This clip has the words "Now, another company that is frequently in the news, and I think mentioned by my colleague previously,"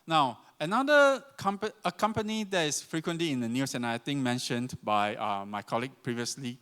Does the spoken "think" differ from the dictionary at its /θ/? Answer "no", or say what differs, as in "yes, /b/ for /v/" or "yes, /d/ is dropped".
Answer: yes, /t/ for /θ/